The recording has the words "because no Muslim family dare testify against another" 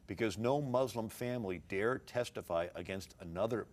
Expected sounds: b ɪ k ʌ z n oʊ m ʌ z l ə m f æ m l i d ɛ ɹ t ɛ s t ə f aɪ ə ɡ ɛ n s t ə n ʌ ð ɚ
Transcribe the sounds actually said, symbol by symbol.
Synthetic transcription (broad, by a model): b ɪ k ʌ z n oʊ m ʌ z l ə m f æ m l i d ɛ ɹ t ɛ s t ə f aɪ ə ɡ ɛ n s t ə n ʌ ð ɚ